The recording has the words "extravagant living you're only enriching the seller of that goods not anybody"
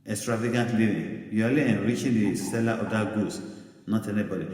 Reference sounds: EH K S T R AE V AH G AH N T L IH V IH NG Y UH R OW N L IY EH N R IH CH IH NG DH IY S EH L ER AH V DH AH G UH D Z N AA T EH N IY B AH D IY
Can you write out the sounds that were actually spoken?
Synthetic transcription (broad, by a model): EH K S T R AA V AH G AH N T L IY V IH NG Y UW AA L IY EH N R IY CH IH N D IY S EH L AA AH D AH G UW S N AA T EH N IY B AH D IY